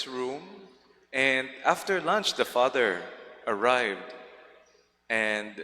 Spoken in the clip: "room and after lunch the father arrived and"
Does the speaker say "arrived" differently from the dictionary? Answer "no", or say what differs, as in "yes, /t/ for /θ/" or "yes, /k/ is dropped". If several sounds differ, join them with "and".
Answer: no